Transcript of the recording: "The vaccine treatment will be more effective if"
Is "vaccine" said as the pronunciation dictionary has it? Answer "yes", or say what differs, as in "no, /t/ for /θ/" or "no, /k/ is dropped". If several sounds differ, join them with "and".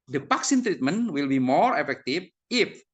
no, /p/ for /v/